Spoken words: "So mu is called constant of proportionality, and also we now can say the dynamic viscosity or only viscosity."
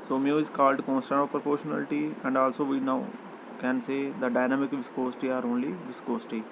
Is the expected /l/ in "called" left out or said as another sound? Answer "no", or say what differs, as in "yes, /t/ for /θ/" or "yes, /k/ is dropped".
no